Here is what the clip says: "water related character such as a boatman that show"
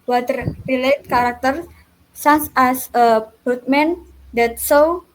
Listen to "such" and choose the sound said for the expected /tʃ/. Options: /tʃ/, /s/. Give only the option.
/s/